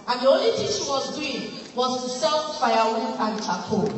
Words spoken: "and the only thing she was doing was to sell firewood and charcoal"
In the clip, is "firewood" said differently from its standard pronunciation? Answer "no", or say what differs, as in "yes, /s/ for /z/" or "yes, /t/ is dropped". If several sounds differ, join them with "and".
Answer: yes, /d/ is dropped